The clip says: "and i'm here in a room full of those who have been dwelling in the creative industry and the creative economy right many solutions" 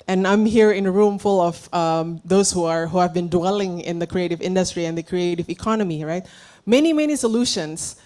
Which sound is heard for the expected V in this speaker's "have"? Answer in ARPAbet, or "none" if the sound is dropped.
V